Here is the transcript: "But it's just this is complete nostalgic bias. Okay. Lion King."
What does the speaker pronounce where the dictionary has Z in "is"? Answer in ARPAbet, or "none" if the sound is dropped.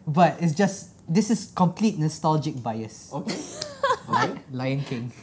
S